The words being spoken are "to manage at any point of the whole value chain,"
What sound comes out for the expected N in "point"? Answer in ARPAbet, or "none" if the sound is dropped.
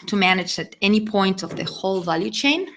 N